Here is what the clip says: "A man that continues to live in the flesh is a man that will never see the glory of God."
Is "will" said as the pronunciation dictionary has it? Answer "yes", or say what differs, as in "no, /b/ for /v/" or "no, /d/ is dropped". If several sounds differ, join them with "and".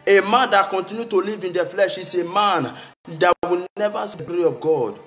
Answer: no, /n/ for /l/